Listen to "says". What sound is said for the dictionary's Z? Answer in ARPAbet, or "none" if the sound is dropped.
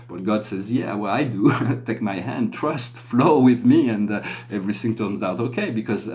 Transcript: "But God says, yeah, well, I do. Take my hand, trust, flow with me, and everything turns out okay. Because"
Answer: Z